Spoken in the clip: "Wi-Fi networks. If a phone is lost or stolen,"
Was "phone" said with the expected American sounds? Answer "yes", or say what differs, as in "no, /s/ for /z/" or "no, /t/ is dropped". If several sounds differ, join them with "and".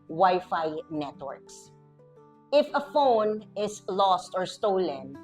yes